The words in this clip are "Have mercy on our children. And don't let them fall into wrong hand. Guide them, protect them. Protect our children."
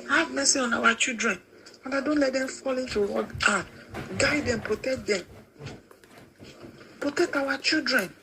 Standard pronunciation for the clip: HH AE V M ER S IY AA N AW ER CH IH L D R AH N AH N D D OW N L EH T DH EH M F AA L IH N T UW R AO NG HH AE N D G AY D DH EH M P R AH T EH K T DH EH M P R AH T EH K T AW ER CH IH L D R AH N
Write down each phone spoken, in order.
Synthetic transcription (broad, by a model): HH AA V M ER S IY AA N AW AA CH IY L D R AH N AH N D D OW N L EH T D EH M F AA L IH N T UW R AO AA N G AY D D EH M P R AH T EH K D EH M P R AH T EH K T AW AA CH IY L D R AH N